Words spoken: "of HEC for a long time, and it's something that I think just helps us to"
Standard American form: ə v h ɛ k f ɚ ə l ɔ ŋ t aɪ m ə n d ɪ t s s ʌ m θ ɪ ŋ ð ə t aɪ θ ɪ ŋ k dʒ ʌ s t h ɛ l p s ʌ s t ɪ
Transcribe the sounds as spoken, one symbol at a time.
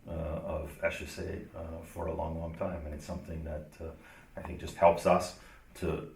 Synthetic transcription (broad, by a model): ə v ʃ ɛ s f ɚ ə l ɔ ŋ t aɪ m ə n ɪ t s s ʌ m θ ɪ ŋ ð ə t aɪ θ ɪ ŋ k dʒ ʌ s t h ɛ l p s ʌ s t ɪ